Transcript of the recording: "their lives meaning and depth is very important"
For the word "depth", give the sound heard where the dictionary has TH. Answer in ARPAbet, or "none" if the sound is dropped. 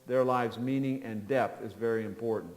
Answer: TH